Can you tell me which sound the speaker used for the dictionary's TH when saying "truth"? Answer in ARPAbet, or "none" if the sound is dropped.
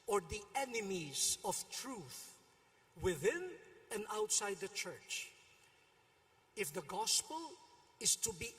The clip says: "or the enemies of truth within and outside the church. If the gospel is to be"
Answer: TH